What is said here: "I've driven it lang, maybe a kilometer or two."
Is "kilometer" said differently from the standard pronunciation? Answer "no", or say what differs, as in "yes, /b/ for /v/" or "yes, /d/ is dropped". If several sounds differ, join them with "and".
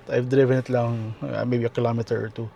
no